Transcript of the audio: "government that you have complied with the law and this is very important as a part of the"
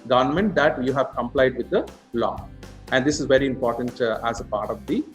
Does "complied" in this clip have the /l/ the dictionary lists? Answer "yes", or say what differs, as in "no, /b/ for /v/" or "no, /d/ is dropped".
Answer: yes